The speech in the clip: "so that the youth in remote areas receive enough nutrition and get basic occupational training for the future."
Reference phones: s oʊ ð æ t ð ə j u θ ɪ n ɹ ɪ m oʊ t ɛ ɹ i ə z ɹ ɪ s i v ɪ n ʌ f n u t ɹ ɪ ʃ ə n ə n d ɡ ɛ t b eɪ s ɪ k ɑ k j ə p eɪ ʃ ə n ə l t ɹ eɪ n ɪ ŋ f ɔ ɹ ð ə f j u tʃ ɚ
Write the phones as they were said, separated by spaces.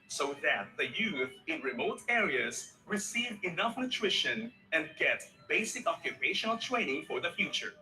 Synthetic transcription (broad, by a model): s oʊ ð æ t ð ə j u θ ɪ n ɹ ɪ m oʊ t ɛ ɹ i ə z ɹ ɪ s i v ɪ n ʌ f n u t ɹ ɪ ʃ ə n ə n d ɡ ɛ t b eɪ s ɪ k ɑ k j ə p eɪ ʃ ə n ə l t ɹ eɪ n ɪ ŋ f ɔ ɹ ð ə f j u tʃ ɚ